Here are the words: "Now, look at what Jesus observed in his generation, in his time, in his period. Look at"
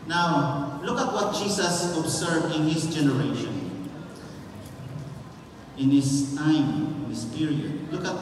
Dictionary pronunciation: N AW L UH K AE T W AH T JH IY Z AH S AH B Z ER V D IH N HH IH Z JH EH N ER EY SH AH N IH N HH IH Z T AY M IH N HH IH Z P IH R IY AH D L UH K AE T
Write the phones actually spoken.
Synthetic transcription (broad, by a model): N AW L UH K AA T W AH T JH IY S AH S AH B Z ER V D IH N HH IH S JH EH N ER EY SH AH N IH N HH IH S T AY M IH N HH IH S P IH R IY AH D L UH K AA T